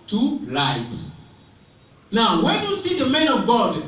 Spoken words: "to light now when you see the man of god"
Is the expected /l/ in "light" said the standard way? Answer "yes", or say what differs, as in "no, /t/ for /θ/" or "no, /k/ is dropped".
yes